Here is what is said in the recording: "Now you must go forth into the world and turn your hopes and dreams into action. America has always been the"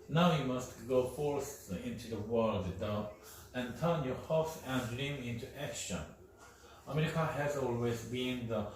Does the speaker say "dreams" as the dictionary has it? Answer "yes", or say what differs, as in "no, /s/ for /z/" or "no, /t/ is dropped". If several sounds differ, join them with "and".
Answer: no, /z/ is dropped